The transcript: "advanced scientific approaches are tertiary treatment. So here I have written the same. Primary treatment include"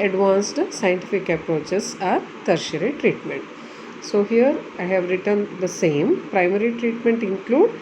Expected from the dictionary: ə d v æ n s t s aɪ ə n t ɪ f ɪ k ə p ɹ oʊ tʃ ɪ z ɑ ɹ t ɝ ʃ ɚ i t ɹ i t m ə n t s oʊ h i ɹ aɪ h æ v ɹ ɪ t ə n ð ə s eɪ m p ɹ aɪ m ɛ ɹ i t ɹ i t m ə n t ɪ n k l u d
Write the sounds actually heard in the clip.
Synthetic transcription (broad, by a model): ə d v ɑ n s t s aɪ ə n t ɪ f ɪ k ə p ɹ oʊ tʃ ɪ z ɑ ɹ t ɝ ʃ ɚ i t ɹ i t m ə n t s oʊ h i ɹ aɪ h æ v ɹ ɪ t ə n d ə s eɪ m p ɹ aɪ m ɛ ɹ i t ɹ i t m ə n t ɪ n k l u d